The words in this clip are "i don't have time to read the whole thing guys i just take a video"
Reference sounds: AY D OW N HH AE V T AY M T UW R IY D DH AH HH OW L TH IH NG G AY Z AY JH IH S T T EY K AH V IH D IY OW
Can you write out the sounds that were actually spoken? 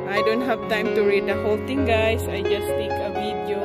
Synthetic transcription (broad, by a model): AY D OW N HH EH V T AY M T UW R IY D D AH HH OW L T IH NG G AY S AY JH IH S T T EY K AH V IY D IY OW